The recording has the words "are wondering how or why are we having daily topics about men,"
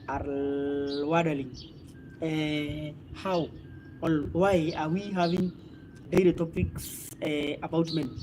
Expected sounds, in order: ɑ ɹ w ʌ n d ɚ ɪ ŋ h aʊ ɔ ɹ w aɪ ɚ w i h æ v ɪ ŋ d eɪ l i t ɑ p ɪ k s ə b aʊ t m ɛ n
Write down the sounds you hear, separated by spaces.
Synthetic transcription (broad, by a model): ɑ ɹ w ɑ d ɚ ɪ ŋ h aʊ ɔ l w aɪ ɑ w i h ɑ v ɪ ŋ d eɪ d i t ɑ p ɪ k s ə b aʊ t m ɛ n